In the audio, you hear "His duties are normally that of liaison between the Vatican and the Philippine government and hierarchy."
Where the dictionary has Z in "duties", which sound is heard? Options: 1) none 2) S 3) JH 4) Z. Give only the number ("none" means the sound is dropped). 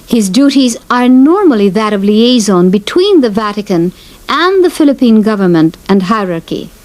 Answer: 4